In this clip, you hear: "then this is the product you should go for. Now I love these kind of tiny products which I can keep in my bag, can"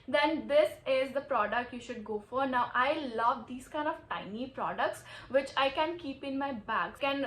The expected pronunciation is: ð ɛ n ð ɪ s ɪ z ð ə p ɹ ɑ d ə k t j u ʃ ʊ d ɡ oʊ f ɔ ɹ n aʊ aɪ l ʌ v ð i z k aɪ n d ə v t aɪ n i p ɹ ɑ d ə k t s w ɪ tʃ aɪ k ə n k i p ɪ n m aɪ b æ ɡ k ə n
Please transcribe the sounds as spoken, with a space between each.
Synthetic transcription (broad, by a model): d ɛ n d ɪ s ɪ z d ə p ɹ ɑ d ə k t j u ʃ ʊ d ɡ oʊ f ɔ ɹ n aʊ aɪ l ʌ v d i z k aɪ n d ə v t aɪ n i p ɹ ɑ d ə k t s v ɪ tʃ aɪ k ə n k i p ɪ n m aɪ b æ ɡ k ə n